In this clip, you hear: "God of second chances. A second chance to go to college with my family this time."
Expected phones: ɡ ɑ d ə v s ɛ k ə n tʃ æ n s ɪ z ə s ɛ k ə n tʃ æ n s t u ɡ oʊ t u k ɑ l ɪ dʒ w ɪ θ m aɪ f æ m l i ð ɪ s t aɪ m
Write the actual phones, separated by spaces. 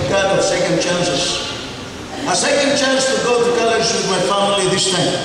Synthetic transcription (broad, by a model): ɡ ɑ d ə s ɛ k ə n tʃ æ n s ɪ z ə s ɛ k ə n tʃ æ n s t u ɡ oʊ t u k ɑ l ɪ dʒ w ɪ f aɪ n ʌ l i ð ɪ s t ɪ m